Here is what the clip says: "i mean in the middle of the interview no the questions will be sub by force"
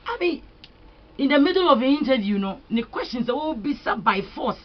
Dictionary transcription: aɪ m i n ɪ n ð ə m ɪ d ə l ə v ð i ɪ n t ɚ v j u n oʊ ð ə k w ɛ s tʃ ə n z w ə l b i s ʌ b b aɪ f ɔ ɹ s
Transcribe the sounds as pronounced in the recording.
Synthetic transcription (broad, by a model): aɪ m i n ɪ n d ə m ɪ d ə l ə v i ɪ n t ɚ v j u n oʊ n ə k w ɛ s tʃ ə n s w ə w b i s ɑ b b aɪ f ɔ s